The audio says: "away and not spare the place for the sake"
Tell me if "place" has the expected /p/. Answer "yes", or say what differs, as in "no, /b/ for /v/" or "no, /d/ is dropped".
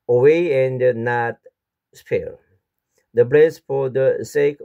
no, /b/ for /p/